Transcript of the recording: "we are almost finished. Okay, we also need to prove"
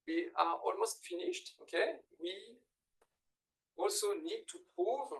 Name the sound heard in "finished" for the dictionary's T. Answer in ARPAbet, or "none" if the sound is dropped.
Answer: T